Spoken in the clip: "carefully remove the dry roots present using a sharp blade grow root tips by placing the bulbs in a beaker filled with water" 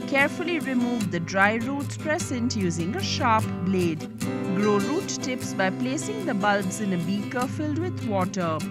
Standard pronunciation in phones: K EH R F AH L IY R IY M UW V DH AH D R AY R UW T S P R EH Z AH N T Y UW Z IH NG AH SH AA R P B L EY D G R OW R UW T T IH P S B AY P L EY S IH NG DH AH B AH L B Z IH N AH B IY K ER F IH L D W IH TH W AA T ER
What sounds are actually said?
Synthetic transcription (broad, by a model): K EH R F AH L IY R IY M UW V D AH D R AY R UW T S P R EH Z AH N T Y UW Z IH NG AH SH AA R P B L EY D G R OW R UW T T IH P S B AY P L EY S IH NG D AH B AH L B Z IH N AH B IY K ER F IH L D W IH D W AA T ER